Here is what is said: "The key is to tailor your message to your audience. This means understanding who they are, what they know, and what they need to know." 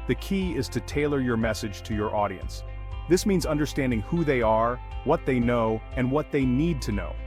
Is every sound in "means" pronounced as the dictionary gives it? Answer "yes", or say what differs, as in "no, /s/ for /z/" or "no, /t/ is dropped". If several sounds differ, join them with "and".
yes